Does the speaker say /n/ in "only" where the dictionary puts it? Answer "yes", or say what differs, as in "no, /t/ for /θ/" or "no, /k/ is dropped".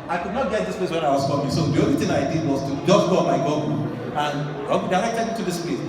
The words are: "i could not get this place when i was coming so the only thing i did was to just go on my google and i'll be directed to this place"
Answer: no, /n/ is dropped